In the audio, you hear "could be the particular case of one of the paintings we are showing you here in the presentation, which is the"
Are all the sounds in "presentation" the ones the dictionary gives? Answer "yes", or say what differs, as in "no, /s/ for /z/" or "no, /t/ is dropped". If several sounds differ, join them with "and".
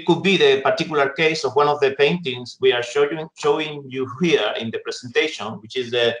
no, /s/ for /z/